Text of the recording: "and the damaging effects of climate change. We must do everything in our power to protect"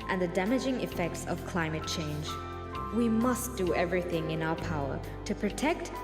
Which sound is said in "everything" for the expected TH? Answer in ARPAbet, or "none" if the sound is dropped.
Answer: TH